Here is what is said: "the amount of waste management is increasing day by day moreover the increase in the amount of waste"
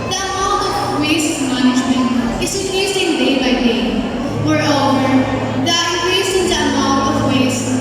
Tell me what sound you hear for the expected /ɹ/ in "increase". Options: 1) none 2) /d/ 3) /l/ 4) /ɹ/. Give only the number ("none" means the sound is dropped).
1